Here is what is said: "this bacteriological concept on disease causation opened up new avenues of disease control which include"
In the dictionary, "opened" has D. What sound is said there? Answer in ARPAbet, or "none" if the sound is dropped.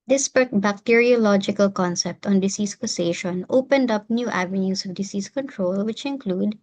D